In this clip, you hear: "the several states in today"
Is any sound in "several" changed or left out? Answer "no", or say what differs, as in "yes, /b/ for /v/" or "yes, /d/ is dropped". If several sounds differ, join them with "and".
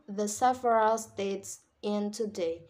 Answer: yes, /f/ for /v/